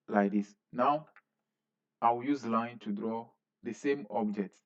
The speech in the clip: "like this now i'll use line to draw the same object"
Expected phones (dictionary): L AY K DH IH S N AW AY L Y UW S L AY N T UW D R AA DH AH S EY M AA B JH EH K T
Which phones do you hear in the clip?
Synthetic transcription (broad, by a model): L AY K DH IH S N AW AY W Y UW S L AY N T UW D R AA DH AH S EY M AA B JH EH K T